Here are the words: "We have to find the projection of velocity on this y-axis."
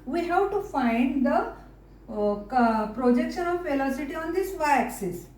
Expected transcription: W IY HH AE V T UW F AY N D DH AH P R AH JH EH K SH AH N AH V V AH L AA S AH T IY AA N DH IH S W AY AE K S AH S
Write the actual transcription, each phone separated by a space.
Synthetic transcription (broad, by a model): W IY HH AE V T UW F AY N D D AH P R AH JH EH K SH AH N AH V F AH L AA S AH T IY AA N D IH S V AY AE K S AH S